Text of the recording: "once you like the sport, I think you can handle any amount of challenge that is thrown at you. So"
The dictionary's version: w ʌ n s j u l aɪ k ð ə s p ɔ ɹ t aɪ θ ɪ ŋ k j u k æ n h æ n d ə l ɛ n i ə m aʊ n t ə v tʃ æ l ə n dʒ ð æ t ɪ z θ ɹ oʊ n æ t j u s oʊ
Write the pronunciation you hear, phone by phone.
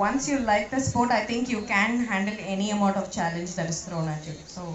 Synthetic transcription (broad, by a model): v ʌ n s j u l aɪ k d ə s p ɔ ɹ t aɪ t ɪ ŋ k j u k æ n h æ n d ə l ɛ n i ə m aʊ n t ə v tʃ æ l ə n dʒ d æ t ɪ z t ɹ oʊ n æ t j u s oʊ